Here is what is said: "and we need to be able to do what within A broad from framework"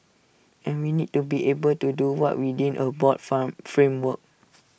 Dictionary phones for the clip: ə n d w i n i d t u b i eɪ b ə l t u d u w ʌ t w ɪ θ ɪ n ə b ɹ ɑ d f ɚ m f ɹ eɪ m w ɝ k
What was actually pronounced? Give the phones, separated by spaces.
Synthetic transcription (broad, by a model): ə n w i n i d t u b i eɪ b ə l t u d u w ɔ t w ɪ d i n ə b ɑ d f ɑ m f ɹ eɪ m w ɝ k